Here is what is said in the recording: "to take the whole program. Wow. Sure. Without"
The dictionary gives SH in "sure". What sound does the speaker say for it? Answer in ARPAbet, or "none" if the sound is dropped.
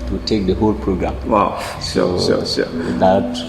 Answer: S